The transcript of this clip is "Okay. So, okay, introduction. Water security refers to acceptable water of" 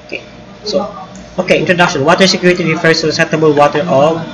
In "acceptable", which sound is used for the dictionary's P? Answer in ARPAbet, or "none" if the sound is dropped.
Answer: none